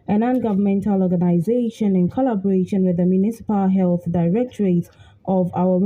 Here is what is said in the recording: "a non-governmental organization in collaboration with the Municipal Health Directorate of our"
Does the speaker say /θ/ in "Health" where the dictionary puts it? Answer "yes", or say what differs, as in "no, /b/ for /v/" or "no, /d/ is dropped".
yes